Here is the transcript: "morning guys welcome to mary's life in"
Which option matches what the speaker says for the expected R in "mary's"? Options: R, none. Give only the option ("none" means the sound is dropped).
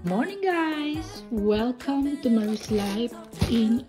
none